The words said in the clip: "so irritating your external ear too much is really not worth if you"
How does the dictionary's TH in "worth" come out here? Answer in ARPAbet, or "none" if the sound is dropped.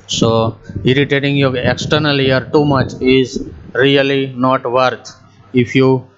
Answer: T